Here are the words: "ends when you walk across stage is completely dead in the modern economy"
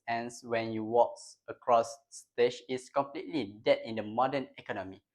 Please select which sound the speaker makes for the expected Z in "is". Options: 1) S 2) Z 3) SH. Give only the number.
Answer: 1